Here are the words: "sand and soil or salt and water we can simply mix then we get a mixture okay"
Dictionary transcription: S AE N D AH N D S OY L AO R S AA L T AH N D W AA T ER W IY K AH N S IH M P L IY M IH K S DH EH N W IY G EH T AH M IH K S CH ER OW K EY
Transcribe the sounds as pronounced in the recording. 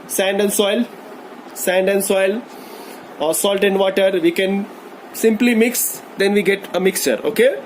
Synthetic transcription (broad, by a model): S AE N D AH N D S OY L AO L S AA L T AH N D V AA T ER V IY K AH N S IH M P L IY M IH K S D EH N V IY G EH T AH M IH K S CH ER OW K EY